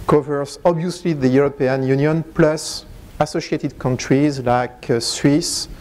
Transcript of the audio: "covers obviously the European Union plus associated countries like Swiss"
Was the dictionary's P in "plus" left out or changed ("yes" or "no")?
no